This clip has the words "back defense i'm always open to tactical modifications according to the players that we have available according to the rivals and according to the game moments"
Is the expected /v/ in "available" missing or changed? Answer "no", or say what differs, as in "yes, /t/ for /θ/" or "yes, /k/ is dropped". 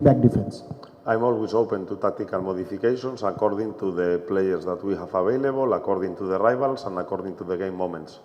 yes, /b/ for /v/